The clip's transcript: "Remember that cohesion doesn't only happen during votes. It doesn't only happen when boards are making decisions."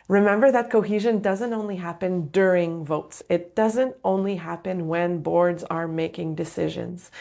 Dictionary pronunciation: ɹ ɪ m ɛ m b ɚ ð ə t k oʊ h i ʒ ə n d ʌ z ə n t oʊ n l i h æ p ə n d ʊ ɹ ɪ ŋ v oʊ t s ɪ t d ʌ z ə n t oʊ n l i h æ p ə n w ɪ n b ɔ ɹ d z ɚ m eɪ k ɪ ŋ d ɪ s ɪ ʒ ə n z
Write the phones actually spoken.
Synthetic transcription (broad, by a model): ɹ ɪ m ɛ m b ɚ ð ə t k oʊ h i ʒ ə n d ʌ z ə n t oʊ n l i h æ p ə n d ʊ ɹ ɪ ŋ v oʊ t s ɪ t d ʌ z ə n t oʊ n l i h æ p ə n w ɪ n b ɔ ɹ d z ɚ m eɪ k ɪ ŋ d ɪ s ɪ ʒ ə n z